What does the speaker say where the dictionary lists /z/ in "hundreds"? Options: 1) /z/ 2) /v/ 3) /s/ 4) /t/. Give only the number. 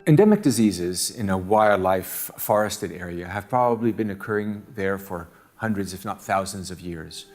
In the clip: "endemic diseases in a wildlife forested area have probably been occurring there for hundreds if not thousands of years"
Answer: 1